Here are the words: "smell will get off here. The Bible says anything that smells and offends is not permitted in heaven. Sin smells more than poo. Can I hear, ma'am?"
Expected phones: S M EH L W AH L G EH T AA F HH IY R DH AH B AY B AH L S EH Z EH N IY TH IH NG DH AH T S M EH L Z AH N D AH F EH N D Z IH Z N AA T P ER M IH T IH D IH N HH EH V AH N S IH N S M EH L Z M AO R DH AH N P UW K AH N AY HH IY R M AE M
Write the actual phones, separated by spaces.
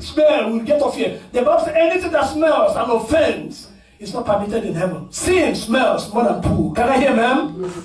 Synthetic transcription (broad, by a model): S M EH L W AH L G EH T AA F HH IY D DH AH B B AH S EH EH N IY TH IH NG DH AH T S M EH L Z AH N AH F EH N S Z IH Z N AA T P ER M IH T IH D IH N HH EH V AH N S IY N S M EH L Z M AO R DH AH N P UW K AH N AY HH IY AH M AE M